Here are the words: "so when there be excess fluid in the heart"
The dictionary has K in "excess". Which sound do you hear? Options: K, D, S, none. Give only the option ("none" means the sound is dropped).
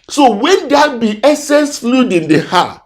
none